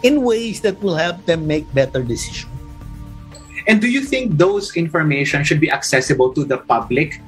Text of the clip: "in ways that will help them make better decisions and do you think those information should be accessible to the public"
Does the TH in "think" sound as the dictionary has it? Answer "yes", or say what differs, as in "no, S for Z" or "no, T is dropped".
yes